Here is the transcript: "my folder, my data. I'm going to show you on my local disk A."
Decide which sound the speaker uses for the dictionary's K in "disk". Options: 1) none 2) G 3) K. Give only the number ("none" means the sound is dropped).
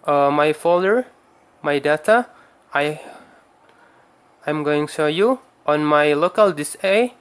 1